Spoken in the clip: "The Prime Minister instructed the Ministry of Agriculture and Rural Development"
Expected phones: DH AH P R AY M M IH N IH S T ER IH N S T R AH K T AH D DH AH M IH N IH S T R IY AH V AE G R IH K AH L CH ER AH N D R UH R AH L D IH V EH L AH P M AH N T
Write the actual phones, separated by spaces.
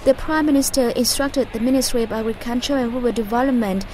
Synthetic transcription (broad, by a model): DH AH P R AY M M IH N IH S T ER IH N S T R AH K T AH D DH AH M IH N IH S T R IY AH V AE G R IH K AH N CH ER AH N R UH W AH D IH V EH L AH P M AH N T